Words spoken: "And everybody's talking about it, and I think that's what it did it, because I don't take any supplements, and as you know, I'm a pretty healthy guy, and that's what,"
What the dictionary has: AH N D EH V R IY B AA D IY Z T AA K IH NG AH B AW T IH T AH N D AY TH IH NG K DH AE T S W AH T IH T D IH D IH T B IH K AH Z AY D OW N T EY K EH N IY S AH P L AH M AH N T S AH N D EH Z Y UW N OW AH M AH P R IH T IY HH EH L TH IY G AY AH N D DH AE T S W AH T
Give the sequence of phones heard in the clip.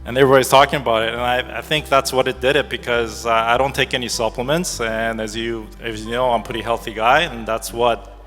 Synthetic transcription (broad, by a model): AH N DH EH R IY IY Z T AA K IH NG AH B AW T IH T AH N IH AY TH IH NG K DH AE T S W AH T IH T D IH D IH T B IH K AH Z AY D OW N T EY K EH N IY S AH P L AH M AH N T S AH N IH Z Y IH N OW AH AH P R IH T IY HH EH L TH IY G AY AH N DH AE T S W AH T